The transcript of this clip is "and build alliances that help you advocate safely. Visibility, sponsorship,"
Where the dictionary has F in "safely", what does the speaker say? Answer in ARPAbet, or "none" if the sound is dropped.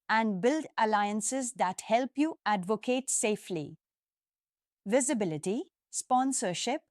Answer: F